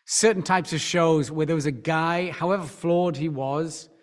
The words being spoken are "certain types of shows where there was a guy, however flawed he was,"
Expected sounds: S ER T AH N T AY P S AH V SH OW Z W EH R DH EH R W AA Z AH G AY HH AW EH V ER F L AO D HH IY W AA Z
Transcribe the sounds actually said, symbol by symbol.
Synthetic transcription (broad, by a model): S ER T N T AY P S AH V SH OW Z W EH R DH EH W AA Z AH G AY HH AW EH V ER F L AO D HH IY W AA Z